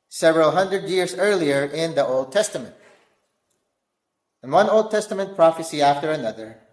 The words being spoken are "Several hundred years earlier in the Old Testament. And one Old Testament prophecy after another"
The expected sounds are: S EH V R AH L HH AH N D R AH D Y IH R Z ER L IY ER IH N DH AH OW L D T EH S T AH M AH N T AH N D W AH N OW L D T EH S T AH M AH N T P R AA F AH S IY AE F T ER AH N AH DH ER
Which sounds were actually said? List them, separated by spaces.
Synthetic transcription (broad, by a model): S EH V R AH L HH AH N D R AH D Y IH R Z ER L IY ER IH N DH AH OW L D T EH S T AH M AH N T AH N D W AH N OW L D T EH S T AH M AH N T P R AA F AH S IY AE F T ER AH N AH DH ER